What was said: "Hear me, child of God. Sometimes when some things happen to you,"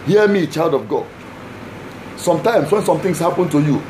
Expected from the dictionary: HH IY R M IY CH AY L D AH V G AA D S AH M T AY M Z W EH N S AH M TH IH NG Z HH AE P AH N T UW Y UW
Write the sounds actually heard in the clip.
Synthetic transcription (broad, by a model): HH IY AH M IY CH AY L D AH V G AA D S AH M T AY M S W EH N S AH M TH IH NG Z HH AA P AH N T UW Y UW